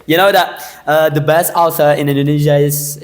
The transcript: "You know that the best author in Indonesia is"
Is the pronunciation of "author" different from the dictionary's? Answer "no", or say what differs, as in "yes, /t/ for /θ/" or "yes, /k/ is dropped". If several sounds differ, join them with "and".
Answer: yes, /s/ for /θ/